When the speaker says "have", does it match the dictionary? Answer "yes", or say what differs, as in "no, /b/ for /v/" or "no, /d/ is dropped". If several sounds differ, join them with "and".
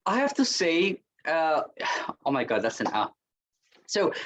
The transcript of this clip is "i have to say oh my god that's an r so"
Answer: no, /f/ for /v/